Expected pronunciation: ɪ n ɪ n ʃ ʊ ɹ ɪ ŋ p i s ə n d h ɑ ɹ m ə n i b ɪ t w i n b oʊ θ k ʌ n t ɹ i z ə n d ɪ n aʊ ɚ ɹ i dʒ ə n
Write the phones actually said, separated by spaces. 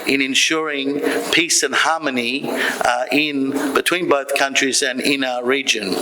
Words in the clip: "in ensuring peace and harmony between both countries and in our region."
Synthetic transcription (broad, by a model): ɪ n ɪ n ʃ ʊ ɹ ɪ ŋ p i s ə n h ɑ ɹ m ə n i b ɪ t w i n b oʊ θ k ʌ n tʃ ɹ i z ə n ɪ n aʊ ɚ ɹ i dʒ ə n